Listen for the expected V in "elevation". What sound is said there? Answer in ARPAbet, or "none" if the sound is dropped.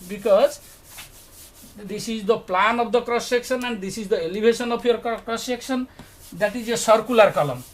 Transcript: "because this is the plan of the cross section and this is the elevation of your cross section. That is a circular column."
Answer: B